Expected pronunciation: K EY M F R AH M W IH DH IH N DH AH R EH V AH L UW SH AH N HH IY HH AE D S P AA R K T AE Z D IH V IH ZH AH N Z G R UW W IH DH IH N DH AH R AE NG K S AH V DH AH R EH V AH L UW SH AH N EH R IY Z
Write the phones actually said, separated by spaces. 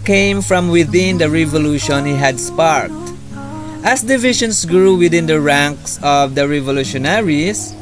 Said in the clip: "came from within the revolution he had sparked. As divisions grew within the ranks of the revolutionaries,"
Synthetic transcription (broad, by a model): K EY M F R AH M W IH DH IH N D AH R EH V AH L UW SH AH N HH IY HH AE D S P AA R K T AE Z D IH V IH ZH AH N S G R UW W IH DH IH N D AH R AE NG K S AH V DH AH R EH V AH L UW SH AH N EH R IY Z